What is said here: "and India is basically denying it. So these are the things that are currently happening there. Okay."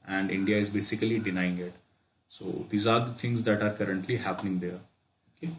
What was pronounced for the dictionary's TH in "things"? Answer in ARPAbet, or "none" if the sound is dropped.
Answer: T